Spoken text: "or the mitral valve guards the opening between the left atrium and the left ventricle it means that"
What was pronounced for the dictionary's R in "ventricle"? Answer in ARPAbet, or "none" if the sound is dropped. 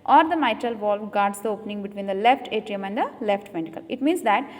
none